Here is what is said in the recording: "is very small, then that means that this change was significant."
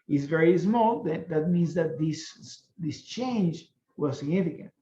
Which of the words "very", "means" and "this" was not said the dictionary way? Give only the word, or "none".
none